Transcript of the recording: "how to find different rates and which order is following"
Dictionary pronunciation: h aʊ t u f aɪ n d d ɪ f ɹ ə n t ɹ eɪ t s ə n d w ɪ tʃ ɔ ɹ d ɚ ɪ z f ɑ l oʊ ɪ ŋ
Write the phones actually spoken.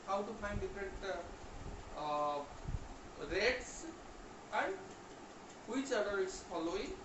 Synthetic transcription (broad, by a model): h aʊ t u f aɪ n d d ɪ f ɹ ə t ɹ eɪ t s ə n d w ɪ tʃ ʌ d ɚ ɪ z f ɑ l oʊ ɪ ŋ